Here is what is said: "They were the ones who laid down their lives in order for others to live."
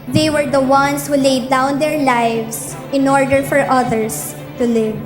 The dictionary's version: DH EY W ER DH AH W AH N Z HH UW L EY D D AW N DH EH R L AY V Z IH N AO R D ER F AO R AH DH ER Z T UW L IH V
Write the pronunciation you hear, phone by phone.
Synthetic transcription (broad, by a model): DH EY W ER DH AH W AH N S HH UW L EY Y D AW N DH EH R L AY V S IH N AO R D ER F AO R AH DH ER S T UW L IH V